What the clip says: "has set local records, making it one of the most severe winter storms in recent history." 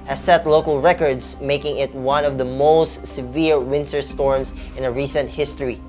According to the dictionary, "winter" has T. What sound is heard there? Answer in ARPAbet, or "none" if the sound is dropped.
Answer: S